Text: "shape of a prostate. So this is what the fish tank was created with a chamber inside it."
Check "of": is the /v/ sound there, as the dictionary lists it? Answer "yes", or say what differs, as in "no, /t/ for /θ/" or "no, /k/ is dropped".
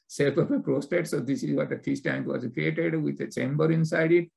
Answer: no, /p/ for /v/